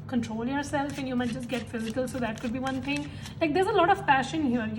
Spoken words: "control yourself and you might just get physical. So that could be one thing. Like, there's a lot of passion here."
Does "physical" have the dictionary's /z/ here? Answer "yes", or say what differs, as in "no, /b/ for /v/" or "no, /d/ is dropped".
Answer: yes